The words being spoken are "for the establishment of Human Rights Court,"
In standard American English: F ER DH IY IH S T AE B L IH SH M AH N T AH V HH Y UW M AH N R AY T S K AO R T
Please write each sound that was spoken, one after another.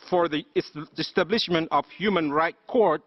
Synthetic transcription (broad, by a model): F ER DH IY IH S T AE B L IH SH M AH N T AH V HH Y UW M AH N R AY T K AO R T